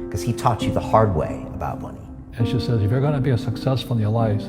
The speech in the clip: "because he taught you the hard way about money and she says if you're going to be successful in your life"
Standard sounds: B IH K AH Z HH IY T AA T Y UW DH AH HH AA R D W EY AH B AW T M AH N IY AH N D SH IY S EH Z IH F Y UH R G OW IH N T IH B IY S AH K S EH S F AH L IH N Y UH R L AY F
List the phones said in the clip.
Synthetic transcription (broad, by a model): K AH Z HH IY T AA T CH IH DH AH HH AA R D W EY AH B AW T M AH N IY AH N SH IY S EH Z IH F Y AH R G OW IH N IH B IY S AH K S EH S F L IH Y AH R L AY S